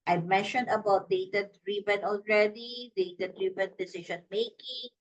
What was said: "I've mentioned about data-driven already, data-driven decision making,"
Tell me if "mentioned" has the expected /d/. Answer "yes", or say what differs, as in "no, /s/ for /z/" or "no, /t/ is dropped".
yes